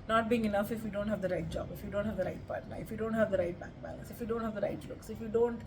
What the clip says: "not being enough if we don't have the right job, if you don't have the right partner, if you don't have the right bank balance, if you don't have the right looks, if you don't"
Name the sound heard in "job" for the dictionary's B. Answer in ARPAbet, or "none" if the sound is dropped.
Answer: B